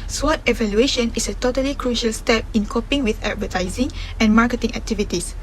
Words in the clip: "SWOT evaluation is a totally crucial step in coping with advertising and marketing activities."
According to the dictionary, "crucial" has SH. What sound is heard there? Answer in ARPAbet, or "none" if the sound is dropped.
SH